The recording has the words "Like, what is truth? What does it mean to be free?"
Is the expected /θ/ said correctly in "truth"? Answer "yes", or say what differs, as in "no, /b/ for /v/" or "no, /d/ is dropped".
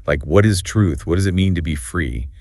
yes